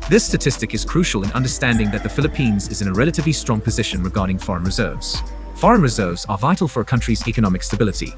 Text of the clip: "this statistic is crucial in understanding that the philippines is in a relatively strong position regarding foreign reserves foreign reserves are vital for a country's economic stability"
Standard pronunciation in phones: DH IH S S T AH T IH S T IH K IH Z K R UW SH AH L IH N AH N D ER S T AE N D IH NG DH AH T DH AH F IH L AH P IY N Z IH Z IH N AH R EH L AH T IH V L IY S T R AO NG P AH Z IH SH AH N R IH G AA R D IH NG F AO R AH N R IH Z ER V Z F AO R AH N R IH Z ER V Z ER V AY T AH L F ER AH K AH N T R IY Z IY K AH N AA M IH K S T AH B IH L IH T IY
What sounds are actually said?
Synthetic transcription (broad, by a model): DH IH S S T AH T IH S T IH K IH Z K R UW SH AH L IH N AH N D ER S T AE N D IH NG DH AH T DH AH F IH L AH P IY N Z IH Z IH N AH R EH L AH T IH V L IY S T R AO NG P AH Z IH SH AH N R IH G AA R D IH NG F AO R AH N R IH Z ER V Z F AO R AH N R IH Z ER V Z ER V AY T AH L F ER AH K AH N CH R IY Z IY K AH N AA M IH K S T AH B IH L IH T IY